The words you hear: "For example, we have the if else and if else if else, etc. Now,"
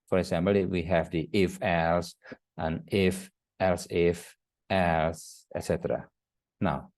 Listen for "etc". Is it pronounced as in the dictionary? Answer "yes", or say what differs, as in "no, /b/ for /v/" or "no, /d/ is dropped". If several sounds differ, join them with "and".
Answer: yes